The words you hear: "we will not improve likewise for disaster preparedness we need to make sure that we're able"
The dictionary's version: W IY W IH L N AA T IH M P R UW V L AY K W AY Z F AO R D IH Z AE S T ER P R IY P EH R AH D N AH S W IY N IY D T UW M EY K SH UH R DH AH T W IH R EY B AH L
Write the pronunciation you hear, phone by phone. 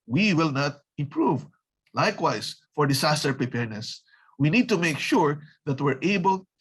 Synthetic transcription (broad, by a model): W IY W IH L N AA T IH M P R UW V L AY K W AY S F AO R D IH S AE S T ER P R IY P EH R N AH S W IY N IY D T UW M EY K SH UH R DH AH T W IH R EY B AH L